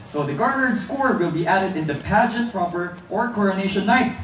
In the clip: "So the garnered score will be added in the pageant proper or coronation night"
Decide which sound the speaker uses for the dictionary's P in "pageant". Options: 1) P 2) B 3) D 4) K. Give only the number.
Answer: 1